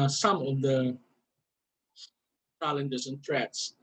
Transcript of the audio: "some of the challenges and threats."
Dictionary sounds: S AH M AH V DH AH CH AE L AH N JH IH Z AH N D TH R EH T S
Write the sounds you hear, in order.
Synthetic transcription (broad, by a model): S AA M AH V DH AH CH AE L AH N JH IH S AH N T R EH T S